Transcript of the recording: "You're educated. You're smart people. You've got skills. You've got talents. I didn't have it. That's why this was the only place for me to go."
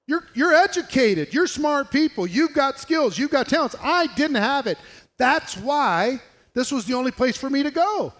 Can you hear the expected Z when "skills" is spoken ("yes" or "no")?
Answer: yes